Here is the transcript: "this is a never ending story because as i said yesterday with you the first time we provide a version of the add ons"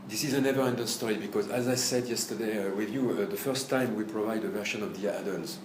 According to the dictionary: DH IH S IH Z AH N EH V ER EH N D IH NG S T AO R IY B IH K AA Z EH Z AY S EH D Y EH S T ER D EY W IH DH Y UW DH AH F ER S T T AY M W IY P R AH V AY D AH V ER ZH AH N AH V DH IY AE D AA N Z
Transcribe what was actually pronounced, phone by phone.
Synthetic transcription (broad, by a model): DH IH S IH Z AH N EH V ER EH N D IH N S T AO R IY B IH K AA Z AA Z AY S EH D Y EH S T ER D EY W IH DH Y UW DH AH F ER S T T AY M W IY P R AH V AY D AH V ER SH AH N AH V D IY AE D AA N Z